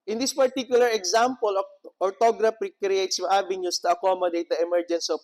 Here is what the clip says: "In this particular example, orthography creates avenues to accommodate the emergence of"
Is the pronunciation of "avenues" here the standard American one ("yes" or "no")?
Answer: no